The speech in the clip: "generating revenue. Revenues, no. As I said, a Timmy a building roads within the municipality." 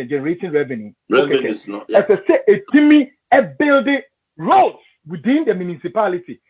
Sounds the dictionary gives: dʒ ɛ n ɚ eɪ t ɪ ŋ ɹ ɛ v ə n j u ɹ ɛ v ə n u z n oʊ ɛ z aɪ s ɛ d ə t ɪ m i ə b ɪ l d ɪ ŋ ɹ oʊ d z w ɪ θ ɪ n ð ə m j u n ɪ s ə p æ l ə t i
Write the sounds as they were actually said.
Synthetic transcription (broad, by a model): dʒ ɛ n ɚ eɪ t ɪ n ɹ ɛ v ə n j u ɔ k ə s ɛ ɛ s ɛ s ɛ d ə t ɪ m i ə b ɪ l d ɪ ɹ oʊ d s w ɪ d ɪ n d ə m j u n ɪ s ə p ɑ l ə t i